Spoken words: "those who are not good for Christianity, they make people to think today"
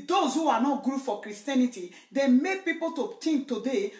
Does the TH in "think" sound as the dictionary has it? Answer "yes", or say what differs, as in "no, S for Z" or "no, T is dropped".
no, T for TH